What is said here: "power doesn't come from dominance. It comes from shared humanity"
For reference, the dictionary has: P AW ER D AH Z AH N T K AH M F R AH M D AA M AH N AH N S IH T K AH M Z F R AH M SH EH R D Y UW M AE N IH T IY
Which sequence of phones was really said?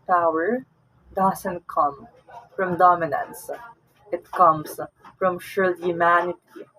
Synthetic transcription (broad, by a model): P AW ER D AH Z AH N T K AH M F R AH M D AA M AH N AH N S IH T K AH M S F R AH M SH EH L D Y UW M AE N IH T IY